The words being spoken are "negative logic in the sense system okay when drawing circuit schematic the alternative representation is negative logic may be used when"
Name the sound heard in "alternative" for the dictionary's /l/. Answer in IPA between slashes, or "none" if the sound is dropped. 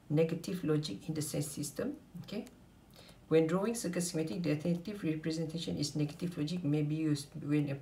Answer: none